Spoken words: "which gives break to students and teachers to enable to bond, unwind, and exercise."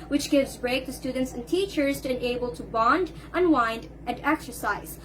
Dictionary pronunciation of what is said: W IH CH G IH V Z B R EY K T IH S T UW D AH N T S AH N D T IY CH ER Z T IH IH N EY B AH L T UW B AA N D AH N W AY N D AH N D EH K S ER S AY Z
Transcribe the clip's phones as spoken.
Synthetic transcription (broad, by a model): W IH CH G IH V Z B R EY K T IH S T UW D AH N T S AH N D T IY CH ER Z T IH IH N EY B AH L T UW B AA N D AH N W AY N D AH N D EH K S ER S AY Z